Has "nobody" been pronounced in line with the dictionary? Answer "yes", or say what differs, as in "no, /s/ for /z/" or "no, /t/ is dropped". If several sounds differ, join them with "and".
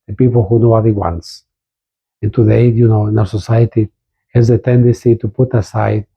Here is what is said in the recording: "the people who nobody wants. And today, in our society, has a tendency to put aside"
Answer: no, /b/ is dropped